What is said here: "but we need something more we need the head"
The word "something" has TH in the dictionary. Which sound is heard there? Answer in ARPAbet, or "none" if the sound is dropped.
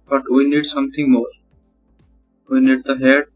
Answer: T